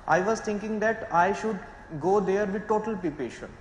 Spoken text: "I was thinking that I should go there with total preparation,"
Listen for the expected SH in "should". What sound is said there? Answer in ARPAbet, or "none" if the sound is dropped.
SH